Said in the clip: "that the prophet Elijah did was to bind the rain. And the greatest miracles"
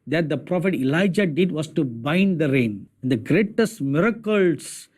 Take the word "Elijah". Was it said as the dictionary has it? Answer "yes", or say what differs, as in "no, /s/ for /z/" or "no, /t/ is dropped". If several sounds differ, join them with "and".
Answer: yes